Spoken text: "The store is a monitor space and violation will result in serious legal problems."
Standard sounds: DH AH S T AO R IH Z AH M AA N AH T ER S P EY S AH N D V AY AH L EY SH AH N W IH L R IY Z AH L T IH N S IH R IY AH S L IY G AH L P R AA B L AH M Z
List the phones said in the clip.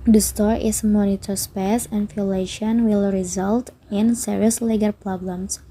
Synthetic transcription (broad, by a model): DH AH S T AO R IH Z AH M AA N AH T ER S P EY S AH N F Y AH L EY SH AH N W IH L R IY Z AH L T IH N S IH R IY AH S L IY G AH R P R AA B L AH M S